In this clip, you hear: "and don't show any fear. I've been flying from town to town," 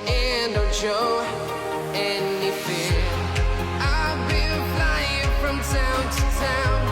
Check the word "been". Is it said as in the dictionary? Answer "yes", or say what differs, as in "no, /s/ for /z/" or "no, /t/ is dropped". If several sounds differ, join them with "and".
no, /l/ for /n/